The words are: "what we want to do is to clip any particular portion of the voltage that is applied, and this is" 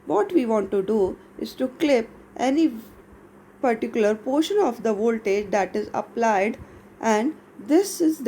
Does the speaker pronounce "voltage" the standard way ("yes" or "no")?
yes